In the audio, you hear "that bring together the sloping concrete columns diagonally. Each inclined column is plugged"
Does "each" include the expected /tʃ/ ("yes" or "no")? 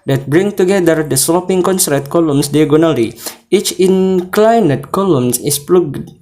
yes